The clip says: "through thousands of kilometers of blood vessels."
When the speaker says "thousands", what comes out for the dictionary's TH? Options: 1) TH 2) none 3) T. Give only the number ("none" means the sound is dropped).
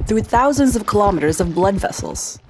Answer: 1